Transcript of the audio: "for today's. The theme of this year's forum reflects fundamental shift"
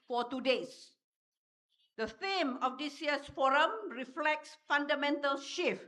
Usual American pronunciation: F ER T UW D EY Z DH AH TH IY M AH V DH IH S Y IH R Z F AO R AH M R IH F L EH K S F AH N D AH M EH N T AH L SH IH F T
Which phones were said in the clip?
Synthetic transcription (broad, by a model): F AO T UW D EY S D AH TH IY M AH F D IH S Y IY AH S F AO R AH M R IH F L EH K S F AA N D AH M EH N T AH L SH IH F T